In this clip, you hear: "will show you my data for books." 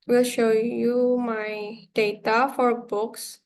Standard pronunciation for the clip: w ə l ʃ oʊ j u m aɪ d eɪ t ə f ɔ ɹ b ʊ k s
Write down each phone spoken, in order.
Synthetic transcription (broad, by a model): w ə l ʃ oʊ j u m aɪ d eɪ t ə f ɔ ɹ b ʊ k s